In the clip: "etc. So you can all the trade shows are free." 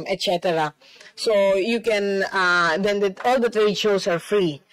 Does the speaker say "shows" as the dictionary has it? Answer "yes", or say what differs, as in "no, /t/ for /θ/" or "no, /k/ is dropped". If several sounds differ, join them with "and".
no, /s/ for /z/